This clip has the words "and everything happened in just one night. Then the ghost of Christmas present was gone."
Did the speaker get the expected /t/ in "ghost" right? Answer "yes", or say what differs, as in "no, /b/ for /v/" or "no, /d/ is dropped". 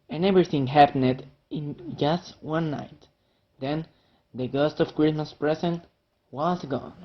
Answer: yes